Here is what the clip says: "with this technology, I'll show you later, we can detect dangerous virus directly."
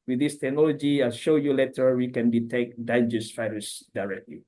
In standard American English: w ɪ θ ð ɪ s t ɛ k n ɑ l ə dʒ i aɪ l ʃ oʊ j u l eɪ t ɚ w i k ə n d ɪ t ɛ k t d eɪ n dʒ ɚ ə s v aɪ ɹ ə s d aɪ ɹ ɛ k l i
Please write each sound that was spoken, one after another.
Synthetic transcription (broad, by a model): w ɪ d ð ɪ s t ɛ k n ɑ l ə dʒ i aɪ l ʃ oʊ j u l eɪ t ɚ w i k ə n d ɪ t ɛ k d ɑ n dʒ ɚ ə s f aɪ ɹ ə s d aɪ ɹ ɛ k l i